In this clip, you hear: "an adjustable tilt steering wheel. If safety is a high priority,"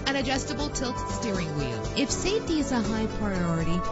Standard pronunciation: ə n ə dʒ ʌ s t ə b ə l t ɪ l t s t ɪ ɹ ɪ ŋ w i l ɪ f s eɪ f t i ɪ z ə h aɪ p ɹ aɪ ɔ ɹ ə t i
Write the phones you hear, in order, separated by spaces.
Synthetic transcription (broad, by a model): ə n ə dʒ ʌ s t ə b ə l t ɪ l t s t ɪ ɹ ɪ ŋ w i ɪ f s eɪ t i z ə h aɪ p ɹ aɪ ɔ ɹ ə t i